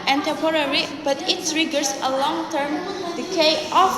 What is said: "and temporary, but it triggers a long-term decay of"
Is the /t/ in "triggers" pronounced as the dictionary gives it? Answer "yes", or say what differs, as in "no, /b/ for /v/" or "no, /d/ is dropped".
no, /s/ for /t/